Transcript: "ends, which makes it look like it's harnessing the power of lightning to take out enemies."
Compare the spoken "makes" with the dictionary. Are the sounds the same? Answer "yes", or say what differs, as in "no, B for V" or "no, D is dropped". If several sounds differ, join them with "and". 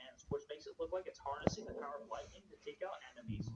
no, K is dropped